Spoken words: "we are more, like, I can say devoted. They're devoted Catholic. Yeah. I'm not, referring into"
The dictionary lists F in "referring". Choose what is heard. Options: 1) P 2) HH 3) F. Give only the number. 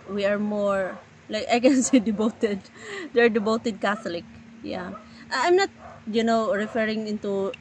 3